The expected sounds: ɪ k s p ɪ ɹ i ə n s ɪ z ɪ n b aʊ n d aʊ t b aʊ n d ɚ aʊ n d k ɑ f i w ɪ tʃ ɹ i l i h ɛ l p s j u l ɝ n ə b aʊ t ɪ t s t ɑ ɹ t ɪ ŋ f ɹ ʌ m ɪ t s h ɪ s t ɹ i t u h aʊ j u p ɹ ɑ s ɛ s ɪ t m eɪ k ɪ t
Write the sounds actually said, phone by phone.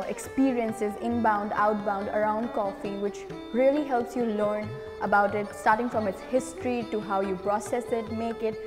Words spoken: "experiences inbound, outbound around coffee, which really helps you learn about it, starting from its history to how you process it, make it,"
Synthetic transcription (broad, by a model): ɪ k s p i ɹ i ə n s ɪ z ɪ n b aʊ n d aʊ t b aʊ n d ɚ aʊ n d k ɑ f i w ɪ tʃ ɹ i l i h ɛ l p s j u l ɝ n ə b aʊ t ɪ t s t ɑ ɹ t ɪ ŋ f ɹ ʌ m ɪ t s h ɪ s t ɹ i t u h aʊ j u p ɹ ɑ s ɛ s ɪ t m eɪ k ɪ t